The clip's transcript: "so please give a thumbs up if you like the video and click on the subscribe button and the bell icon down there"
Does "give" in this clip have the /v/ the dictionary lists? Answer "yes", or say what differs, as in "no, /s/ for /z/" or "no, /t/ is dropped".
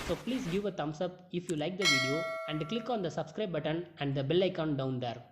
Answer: yes